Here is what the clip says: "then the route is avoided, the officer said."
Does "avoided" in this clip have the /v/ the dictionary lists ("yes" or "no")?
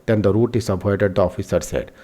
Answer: no